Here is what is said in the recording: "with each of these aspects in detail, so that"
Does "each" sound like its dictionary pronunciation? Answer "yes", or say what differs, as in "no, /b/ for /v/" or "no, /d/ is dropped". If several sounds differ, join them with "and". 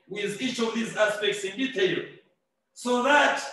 yes